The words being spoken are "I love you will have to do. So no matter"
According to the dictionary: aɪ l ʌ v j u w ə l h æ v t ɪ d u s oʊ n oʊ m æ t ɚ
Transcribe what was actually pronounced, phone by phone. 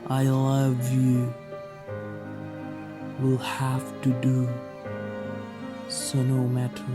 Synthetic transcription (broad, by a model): aɪ l ʌ v j u w ə l h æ f t ɪ d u s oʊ n oʊ m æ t